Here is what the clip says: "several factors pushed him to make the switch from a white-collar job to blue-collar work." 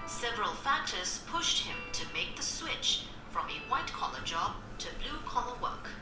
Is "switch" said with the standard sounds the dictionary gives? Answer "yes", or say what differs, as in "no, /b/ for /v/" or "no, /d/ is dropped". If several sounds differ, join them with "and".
yes